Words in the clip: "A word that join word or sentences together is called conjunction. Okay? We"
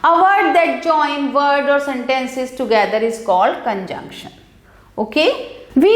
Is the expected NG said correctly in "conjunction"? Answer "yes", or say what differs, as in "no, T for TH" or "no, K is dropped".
yes